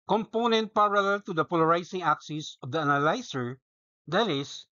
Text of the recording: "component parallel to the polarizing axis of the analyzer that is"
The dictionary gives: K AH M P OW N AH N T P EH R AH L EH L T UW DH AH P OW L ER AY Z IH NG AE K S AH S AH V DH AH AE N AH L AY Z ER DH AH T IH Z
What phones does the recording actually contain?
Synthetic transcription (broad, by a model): K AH M P OW N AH N T P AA R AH L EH L T UW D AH P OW L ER AY S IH NG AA K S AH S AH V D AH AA N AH L AY S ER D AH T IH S